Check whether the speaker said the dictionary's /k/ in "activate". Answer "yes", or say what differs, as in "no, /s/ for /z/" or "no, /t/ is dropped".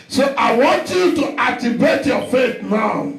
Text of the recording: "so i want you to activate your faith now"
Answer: no, /k/ is dropped